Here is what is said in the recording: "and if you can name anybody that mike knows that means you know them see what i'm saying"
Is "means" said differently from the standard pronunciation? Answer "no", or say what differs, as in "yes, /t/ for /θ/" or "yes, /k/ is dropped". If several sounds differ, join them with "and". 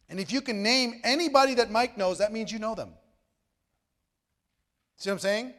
no